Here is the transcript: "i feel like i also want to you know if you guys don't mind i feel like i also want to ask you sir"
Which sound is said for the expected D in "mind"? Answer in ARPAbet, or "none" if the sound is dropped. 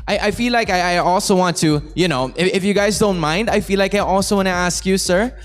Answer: D